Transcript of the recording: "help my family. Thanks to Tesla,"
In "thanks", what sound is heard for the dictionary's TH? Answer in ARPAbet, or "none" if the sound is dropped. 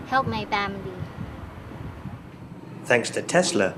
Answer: TH